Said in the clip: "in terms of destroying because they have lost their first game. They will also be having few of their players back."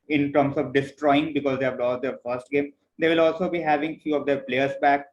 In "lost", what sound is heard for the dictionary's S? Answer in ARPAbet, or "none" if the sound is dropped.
none